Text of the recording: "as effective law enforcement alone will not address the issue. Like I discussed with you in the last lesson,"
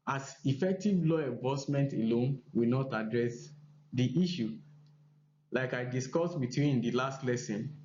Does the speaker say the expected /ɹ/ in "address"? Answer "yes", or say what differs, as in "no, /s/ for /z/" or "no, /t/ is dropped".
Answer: yes